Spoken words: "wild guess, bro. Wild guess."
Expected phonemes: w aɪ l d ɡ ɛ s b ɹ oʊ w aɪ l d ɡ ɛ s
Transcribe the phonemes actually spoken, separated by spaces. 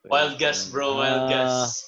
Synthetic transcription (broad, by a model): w aɪ l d ɡ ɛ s b ɹ oʊ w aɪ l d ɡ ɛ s